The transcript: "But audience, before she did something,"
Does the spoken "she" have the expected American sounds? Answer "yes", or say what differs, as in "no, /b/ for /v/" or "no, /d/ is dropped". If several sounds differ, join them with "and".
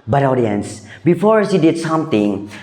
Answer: no, /s/ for /ʃ/